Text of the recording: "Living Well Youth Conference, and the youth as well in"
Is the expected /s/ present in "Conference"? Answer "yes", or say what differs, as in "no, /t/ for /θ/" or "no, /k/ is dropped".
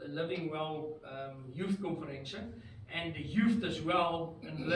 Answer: no, /ʃ/ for /s/